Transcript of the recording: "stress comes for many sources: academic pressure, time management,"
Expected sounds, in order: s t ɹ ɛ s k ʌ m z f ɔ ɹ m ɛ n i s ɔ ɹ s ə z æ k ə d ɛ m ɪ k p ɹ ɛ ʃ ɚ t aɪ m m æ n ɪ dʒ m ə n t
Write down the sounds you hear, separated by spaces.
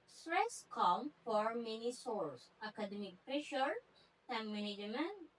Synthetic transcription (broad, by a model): s t ɹ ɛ s k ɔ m f ɔ ɹ m ɛ n i s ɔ ɹ s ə k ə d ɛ m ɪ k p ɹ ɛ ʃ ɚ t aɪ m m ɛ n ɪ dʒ m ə n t